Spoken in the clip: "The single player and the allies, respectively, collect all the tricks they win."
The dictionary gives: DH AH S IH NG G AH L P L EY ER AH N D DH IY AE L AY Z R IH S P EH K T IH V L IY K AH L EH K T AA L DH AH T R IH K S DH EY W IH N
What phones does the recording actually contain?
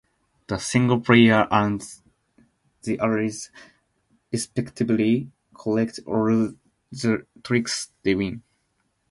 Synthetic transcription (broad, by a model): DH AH S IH NG G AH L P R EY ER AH N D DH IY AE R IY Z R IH S P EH K T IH B L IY K AH L EH K T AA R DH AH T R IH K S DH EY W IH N